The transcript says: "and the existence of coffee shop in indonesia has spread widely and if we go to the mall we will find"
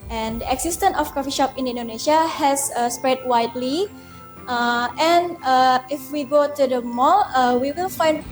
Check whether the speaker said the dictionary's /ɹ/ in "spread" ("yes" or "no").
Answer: yes